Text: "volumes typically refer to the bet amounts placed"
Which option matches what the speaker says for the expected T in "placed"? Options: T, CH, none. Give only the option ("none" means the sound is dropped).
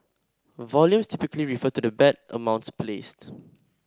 T